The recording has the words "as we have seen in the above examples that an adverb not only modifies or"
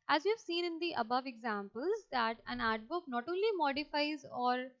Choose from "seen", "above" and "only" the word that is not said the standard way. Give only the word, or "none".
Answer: none